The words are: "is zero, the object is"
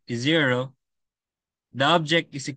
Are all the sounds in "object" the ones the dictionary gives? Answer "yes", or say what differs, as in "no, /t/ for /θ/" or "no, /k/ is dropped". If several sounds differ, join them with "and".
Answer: yes